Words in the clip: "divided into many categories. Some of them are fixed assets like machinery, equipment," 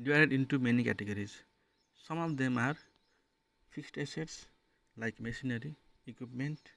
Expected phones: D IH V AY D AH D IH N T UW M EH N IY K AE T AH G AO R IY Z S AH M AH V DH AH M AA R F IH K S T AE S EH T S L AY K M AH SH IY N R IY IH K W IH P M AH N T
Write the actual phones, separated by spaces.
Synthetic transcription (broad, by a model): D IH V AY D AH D IH N T UW M EH N IY K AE T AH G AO R IY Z S AH M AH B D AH M AA R P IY K S T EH S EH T S L AY K M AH S IY N R IY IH K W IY P M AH N T